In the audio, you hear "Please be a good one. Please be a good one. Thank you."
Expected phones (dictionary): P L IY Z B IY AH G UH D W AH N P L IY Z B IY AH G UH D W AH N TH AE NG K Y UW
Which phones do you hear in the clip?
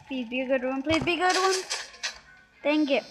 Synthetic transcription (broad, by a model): P L IY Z B IY AH G UH D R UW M P L IY Z B IY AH G UH D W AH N T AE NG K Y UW